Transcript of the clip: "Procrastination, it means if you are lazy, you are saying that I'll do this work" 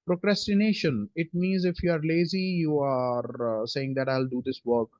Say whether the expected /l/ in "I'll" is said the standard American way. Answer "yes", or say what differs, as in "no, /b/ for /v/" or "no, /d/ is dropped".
yes